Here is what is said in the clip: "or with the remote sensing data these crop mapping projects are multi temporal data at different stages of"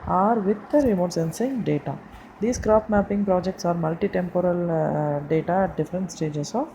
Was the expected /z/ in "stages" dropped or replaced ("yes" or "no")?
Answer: yes